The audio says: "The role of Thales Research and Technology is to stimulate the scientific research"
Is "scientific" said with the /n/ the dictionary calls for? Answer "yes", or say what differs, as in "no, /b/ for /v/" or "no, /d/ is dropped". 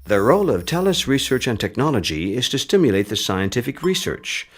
yes